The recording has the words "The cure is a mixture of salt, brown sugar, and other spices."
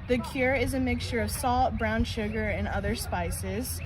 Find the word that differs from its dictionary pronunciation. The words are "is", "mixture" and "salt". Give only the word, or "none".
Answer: none